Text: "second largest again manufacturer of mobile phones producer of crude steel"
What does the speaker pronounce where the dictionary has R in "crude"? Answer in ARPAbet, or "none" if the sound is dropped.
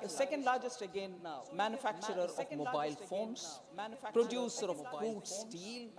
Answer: none